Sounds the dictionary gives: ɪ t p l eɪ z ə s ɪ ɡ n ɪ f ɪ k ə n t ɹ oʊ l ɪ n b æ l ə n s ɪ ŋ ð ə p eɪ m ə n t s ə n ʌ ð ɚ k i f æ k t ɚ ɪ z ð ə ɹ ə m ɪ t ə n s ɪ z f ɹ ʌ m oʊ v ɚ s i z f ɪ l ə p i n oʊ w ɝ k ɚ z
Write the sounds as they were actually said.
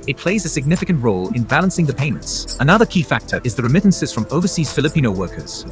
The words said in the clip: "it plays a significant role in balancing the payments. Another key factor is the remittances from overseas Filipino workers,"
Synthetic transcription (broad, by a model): ɪ t p l eɪ z ə s ɪ ɡ n ɪ f ɪ k ə n t ɹ oʊ l ɪ n b æ l ə n s ɪ ŋ ð ə p eɪ m ə n t s ə n ʌ ð ɚ k i f æ k t ɚ ɪ z ð ə ɹ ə m ɪ t n s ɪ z f ɹ ʌ m oʊ v ɚ s i z f ɪ l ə p i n oʊ w ɝ k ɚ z